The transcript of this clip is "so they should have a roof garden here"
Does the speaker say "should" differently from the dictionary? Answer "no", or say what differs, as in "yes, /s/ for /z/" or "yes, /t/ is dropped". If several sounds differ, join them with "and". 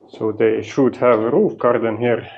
no